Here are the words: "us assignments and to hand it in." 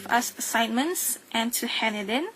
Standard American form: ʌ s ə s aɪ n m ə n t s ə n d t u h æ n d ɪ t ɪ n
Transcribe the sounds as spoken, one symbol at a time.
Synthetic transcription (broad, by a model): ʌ s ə s aɪ n m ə n t s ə n t u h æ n ɪ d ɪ n